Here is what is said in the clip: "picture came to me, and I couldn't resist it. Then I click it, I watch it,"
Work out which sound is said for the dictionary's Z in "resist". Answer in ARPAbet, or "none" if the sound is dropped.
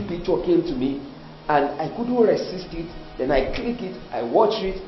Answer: S